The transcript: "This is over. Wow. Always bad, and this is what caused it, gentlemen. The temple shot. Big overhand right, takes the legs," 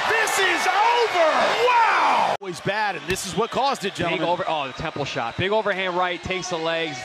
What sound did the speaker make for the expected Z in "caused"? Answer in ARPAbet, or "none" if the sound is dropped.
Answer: Z